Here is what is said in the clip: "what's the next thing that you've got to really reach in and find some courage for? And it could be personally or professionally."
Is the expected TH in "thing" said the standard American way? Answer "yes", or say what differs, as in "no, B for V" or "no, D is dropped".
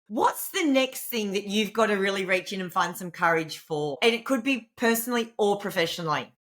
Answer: yes